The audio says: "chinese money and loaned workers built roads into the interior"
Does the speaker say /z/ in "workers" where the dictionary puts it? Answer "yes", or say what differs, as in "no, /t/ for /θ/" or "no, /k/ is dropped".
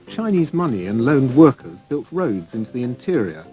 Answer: yes